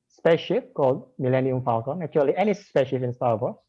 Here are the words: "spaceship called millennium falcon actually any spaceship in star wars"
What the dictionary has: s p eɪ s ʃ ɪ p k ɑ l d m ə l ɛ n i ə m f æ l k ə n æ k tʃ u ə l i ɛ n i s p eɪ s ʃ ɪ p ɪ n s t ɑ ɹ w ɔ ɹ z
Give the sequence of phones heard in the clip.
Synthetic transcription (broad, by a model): s p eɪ ʃ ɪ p k ɑ l d m ə l ɛ n i ə m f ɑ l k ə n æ tʃ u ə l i ɛ n i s p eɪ ʃ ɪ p ɪ n s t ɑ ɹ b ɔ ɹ